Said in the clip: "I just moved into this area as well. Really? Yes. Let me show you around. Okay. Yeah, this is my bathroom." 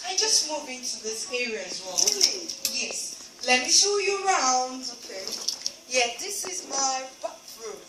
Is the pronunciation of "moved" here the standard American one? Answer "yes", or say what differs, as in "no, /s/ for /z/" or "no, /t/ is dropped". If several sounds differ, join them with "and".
no, /d/ is dropped